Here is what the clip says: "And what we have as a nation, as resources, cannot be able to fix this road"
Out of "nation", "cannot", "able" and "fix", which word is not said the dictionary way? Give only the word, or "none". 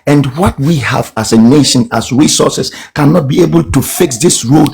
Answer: none